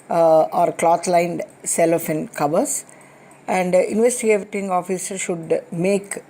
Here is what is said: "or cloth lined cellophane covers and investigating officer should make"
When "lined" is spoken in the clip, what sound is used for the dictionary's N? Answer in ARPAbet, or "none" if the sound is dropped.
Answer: N